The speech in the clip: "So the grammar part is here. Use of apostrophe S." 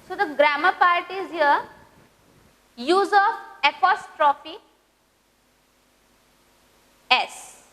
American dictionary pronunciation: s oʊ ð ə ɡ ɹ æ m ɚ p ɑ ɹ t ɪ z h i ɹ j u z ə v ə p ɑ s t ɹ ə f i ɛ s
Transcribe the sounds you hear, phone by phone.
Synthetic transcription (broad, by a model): s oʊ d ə ɡ ɹ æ m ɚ p ɑ ɹ t ɪ z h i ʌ j u z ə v ə p ɑ s t ɹ ə f i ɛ s